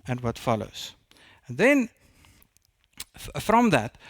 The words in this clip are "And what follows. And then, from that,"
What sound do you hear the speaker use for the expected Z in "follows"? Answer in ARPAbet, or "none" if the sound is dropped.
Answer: none